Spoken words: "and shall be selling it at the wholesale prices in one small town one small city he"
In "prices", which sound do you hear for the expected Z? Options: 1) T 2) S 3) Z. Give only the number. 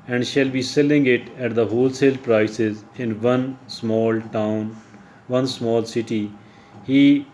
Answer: 3